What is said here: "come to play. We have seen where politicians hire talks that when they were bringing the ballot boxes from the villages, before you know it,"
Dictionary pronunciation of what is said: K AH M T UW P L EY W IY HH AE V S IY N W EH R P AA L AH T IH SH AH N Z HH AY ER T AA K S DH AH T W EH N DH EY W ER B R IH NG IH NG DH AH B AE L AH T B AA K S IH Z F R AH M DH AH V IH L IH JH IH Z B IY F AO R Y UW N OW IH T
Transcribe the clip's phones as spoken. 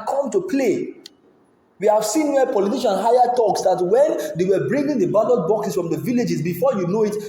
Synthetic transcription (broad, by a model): K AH M T UW P L EY W IY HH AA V S IY N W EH P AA L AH T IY SH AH N HH AY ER T AA K S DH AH T W EH N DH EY W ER B R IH NG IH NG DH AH B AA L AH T B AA K S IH S F R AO M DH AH V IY L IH JH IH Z B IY F AO Y UW N OW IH T